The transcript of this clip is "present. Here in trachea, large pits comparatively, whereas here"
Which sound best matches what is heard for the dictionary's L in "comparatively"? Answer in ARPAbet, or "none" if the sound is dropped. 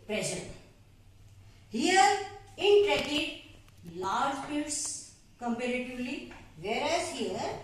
L